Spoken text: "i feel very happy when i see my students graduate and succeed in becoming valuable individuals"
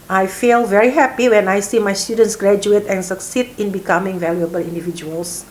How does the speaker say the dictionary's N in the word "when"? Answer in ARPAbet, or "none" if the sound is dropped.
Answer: N